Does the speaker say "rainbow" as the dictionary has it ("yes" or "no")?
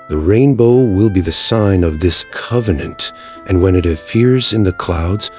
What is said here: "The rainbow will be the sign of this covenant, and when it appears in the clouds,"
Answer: yes